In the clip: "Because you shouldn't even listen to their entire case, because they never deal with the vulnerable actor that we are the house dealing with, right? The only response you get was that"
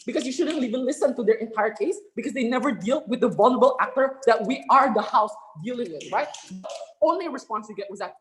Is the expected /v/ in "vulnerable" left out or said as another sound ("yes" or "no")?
no